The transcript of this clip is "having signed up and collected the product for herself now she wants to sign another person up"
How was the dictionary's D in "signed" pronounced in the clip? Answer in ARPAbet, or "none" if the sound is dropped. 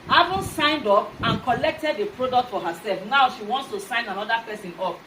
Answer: D